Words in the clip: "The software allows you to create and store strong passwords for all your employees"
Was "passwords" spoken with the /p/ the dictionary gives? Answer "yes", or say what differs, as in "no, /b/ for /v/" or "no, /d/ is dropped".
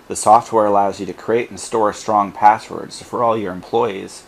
yes